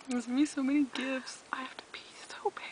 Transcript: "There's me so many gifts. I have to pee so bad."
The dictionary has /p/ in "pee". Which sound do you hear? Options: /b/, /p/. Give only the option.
/b/